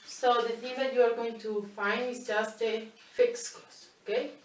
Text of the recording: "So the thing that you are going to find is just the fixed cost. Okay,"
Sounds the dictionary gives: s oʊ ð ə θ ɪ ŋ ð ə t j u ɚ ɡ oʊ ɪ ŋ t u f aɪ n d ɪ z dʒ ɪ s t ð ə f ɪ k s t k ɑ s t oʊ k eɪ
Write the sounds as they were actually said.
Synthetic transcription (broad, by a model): s oʊ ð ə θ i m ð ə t j u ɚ ɡ oʊ ɪ ŋ t u f aɪ n d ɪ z dʒ ɪ s t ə f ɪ k s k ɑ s oʊ k eɪ